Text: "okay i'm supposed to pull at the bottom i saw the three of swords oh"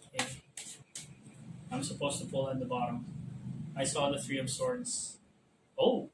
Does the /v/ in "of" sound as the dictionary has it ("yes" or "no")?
no